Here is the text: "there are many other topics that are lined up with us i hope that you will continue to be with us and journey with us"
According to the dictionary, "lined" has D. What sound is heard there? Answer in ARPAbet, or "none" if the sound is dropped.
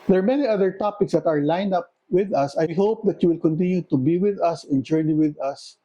none